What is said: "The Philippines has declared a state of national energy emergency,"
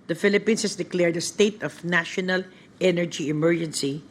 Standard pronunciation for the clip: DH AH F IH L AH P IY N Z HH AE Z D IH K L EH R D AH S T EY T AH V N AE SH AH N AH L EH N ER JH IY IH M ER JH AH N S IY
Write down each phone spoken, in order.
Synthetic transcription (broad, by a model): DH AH F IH L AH P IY N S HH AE S D IH K L EH R D AH S T EY T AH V N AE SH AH N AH L EH N ER JH IY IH M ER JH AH N S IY